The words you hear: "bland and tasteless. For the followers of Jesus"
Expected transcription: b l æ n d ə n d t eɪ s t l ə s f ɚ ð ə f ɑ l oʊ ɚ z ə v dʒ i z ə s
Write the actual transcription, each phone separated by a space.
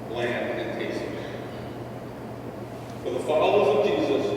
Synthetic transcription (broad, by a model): l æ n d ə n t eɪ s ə f ɚ ð ə f ɑ l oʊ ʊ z ə v dʒ i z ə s